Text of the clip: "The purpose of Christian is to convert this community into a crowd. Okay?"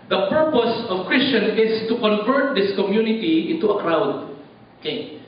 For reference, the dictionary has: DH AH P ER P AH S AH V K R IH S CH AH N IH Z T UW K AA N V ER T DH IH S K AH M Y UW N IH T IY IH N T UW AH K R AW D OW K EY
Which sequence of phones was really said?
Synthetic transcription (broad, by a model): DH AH P ER P AH S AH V K R IH S CH AH N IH S T UW K AA N V ER T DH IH S K AH M Y UW N IH T IY IH N T UW AH K R AW D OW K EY